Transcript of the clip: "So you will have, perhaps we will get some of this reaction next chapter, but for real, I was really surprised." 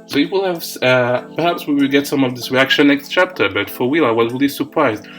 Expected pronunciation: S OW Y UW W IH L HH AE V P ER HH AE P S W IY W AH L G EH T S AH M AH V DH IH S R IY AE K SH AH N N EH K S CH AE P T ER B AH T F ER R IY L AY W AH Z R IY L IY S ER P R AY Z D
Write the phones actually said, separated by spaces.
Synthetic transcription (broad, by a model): S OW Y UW W IH L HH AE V P ER HH AE P S W IY W AH L G EH T S AH M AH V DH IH S R IY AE K SH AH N N EH K S CH AE P T ER B AH T F ER W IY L AY W AH Z R IY L IY S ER P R AY Z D